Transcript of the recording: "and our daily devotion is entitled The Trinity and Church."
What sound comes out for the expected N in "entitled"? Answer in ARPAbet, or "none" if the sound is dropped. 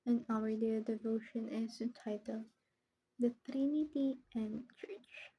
none